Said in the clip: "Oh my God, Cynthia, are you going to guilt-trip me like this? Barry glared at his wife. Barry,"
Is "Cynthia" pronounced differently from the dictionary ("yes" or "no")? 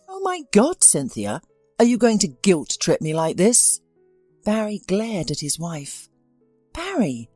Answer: no